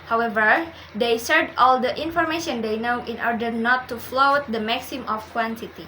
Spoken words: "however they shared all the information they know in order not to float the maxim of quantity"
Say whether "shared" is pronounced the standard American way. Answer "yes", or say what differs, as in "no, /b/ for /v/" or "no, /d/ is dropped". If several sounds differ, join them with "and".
no, /s/ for /ʃ/